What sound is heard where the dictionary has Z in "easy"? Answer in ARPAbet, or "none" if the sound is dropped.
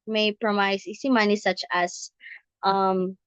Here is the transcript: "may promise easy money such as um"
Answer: S